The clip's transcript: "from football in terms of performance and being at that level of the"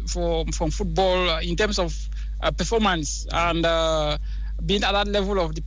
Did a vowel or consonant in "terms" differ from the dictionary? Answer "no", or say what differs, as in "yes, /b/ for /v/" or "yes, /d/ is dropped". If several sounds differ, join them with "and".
yes, /s/ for /z/